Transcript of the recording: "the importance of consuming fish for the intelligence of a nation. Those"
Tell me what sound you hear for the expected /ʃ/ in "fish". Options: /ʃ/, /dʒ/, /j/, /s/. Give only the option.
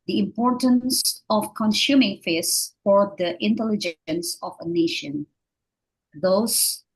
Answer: /s/